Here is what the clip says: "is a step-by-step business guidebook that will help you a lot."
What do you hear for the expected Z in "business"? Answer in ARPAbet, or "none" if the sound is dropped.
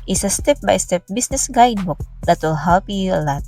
S